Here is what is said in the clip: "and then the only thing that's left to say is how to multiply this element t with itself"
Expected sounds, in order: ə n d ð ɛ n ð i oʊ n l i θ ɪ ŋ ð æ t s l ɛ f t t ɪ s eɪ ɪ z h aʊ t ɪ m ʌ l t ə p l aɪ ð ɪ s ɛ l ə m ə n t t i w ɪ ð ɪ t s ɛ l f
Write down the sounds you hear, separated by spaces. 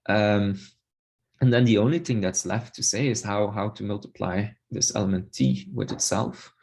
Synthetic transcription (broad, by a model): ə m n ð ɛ n ð i oʊ n l i θ ɪ ŋ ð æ t s l ɛ f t t ɪ s eɪ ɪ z h aʊ t ɪ m ʌ l t ə p l aɪ ð ɪ s ɛ l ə m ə n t t i w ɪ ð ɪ t s ɛ l f